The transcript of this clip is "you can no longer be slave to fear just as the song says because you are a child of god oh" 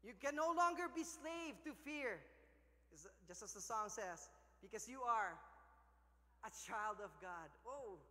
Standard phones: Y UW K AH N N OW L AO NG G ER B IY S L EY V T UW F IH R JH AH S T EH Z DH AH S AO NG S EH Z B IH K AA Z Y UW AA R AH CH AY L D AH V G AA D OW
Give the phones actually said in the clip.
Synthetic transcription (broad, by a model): Y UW K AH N N OW L AO NG G ER B IY S L EY V T UW F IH R JH AH S T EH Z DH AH S AO NG S EH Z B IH K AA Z Y UW AA R AH CH AY L D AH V G AA D OW